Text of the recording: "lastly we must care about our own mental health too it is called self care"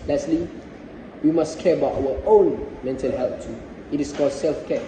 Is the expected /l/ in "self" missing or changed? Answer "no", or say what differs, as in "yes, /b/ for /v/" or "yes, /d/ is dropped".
no